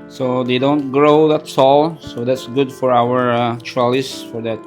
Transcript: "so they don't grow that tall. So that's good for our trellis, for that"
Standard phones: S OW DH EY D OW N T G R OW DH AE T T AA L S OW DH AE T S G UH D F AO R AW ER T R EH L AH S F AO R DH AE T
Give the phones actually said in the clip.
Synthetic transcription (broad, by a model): S OW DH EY D OW N T G R OW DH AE T S AA L S OW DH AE T S G UH D F AO R AW ER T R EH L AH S F AO R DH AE T